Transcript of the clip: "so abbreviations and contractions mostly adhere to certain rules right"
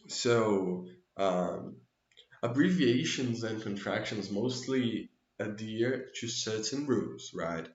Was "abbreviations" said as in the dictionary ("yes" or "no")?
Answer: yes